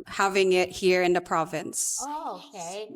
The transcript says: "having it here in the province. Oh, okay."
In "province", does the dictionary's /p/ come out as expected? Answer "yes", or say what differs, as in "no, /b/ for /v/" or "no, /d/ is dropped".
yes